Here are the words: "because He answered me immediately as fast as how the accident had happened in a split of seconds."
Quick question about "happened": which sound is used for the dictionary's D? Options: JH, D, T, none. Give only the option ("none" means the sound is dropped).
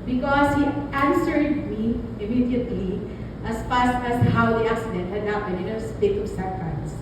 none